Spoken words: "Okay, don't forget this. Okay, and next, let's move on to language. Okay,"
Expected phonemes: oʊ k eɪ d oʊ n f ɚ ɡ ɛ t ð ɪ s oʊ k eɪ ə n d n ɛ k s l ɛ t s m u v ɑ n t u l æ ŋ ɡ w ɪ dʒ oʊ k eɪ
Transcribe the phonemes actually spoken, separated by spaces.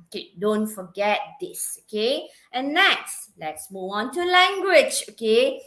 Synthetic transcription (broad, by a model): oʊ k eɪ d oʊ n f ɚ ɡ ɛ t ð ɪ s oʊ k eɪ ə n n ɛ k s l ɛ t s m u ɑ n t u l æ ŋ ɡ w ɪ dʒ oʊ k eɪ